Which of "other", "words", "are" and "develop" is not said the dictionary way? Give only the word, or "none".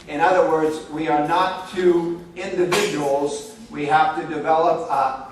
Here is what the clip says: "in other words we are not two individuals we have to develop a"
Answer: none